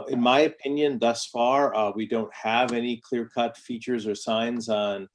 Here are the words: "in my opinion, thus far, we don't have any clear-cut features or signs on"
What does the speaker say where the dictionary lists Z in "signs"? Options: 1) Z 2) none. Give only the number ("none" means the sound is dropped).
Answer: 1